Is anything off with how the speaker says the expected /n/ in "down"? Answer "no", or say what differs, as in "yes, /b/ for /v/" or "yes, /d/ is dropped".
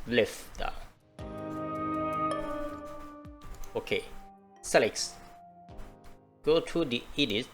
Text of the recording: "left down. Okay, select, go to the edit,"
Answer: yes, /n/ is dropped